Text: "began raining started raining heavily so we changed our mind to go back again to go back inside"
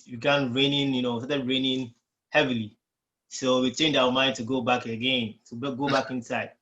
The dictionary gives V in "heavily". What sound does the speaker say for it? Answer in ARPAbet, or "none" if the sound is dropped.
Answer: V